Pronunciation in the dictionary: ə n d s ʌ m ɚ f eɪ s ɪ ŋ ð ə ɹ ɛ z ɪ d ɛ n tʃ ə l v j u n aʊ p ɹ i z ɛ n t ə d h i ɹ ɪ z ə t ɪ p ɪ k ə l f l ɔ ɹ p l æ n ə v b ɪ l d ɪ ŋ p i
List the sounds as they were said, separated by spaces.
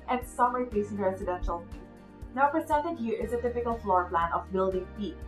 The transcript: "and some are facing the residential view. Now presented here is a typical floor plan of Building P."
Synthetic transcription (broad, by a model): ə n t s ʌ m ɚ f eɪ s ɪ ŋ ɹ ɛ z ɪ d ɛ n ʃ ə l n aʊ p ɹ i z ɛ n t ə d h i ɹ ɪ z ə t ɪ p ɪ k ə l f l ɔ ɹ p l æ n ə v b ɪ l d ɪ ŋ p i